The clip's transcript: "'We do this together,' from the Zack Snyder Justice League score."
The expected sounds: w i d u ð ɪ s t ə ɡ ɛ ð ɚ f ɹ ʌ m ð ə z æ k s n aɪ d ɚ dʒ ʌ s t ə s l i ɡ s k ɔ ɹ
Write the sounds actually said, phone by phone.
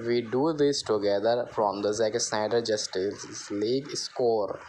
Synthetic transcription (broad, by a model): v i d u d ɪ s t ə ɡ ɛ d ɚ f ɹ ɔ m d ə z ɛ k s aɪ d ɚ dʒ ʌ s t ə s l i ɡ s k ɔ ɹ